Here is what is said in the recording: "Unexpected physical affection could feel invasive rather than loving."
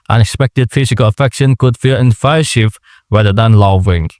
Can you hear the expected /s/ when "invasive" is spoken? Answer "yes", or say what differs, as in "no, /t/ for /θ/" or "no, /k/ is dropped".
no, /ʃ/ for /s/